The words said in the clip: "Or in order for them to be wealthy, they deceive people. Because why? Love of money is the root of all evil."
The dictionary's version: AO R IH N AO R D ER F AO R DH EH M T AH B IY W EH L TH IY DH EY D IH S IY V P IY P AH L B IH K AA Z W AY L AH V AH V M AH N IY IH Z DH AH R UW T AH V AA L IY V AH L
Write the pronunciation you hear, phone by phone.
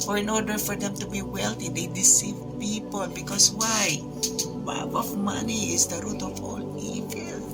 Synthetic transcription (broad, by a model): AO R IH N AO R D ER F AO R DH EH M T AH B IY W EH L T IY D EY D IH S IY V P IY P AH L B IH K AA S W AY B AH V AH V M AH N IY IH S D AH R UW T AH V AA L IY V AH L